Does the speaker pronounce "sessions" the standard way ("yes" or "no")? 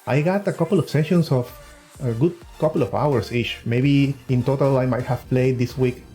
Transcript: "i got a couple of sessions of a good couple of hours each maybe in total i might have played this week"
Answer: no